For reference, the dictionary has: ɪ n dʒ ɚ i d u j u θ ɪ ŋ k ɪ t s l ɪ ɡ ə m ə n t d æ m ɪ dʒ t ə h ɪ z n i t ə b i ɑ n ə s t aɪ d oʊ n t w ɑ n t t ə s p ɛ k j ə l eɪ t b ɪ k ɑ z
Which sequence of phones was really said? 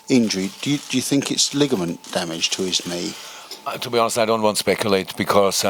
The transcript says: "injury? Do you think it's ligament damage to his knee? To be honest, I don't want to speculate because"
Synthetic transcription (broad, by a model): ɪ n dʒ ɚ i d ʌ j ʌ θ ɪ ŋ k ɪ t s l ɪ ɡ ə m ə n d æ m ɪ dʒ t ə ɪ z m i t ə b i ɑ n ə s t aɪ d oʊ n t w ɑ n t t ə s p ɛ k j ə l eɪ t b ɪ k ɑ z